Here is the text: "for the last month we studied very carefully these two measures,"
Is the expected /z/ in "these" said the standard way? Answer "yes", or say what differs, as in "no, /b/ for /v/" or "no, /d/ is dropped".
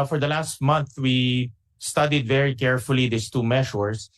no, /s/ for /z/